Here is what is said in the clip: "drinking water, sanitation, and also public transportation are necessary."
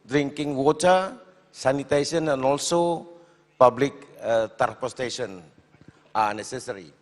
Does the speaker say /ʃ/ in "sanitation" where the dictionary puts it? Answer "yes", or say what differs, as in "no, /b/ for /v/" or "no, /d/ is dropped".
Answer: no, /s/ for /ʃ/